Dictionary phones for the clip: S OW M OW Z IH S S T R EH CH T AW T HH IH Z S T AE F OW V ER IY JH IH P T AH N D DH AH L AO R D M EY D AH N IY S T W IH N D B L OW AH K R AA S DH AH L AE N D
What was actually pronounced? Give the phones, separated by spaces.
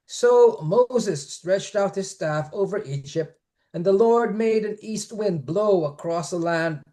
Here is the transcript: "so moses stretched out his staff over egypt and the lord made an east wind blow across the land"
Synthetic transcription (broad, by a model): S OW M OW Z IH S S T R EH CH T AW T HH IH Z S T AE F OW V ER IY JH IH P T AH N DH AH L AO R D M EY D AH N IY S T W IH N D B L OW AH K R AA S DH AH L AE N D